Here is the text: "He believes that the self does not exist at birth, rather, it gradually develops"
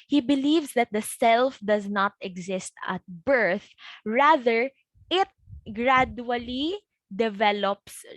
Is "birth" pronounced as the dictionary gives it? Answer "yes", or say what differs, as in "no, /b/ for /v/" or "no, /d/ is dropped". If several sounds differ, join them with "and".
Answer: yes